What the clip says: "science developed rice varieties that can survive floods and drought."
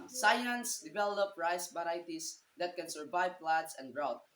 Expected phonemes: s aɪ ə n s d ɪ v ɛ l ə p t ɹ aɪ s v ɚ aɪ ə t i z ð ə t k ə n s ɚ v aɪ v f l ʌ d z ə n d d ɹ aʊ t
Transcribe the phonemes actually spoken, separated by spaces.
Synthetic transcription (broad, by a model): s aɪ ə n s d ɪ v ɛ l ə p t ɹ aɪ s b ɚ aɪ t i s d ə t k ə n s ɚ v aɪ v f l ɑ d s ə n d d ɹ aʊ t